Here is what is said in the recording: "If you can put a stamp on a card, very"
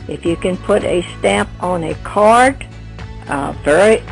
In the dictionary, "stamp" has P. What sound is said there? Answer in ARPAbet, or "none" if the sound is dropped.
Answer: P